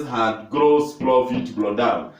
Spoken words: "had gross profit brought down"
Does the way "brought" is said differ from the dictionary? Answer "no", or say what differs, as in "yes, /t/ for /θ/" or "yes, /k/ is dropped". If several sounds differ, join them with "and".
yes, /l/ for /ɹ/